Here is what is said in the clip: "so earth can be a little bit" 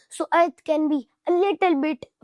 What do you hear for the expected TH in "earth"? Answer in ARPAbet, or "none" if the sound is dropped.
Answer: T